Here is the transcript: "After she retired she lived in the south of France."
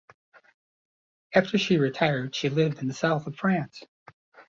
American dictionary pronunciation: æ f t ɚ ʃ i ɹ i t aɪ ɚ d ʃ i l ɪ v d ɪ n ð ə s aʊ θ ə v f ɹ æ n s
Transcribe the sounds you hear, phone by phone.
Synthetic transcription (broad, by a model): æ f t ɚ ʃ i ɹ i t aɪ ɚ d ʃ i l ɪ v d ɪ n ð ə s aʊ θ ə v f ɹ æ n s